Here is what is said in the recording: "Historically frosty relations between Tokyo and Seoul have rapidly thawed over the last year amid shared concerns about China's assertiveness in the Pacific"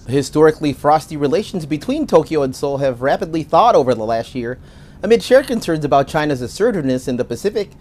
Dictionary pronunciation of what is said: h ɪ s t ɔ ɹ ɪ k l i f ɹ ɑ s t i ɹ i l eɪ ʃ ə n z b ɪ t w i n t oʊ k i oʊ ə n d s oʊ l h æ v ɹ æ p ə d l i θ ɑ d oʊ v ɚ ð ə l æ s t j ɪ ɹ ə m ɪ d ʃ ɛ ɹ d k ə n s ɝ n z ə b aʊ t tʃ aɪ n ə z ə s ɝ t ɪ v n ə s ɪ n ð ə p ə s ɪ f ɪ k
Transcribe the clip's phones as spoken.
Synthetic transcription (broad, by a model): h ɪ s t ɔ ɹ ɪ k l i f ɹ ɑ s t i ɹ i l eɪ ʃ n z b ɪ t w i n t oʊ k i oʊ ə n s oʊ l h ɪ v ɹ æ p ə d l i θ ɑ d oʊ v ɚ ð ə l æ s t j ɪ ɹ ə m ɪ d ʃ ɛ ɹ k ə n s ɝ n z ə b aʊ t tʃ aɪ n ə z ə s ɝ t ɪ n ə s ɪ n ð ə p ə s ɪ f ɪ k